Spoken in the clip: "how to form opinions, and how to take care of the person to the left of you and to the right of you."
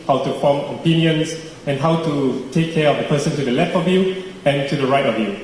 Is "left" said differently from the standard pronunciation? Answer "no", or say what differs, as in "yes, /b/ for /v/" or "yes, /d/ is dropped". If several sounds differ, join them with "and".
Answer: no